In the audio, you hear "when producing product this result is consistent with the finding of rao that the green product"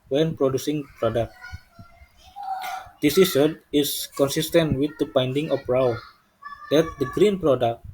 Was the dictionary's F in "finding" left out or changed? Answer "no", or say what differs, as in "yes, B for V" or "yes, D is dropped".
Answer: yes, P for F